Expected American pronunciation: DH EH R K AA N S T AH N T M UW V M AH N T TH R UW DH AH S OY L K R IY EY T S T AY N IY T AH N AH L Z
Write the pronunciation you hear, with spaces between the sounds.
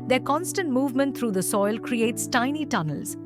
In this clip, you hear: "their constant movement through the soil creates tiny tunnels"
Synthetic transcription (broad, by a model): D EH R K AA N S T AH N T M UW V M AH N T R UW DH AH S OY L K R IY EY T S T AY N IY T AH N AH L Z